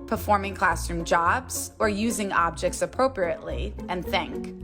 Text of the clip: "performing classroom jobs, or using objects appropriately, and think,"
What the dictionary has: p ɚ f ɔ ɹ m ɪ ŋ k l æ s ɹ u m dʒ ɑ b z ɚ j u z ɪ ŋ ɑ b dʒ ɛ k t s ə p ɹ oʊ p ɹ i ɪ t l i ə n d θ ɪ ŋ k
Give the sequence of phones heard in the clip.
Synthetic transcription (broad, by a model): p ɚ f ɔ ɹ m ɪ ŋ k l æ s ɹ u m dʒ ɑ b z ɚ j u z ɪ ŋ ɑ b dʒ ɛ k t s ə p ɹ oʊ p ɹ i ɪ t l i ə n θ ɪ ŋ k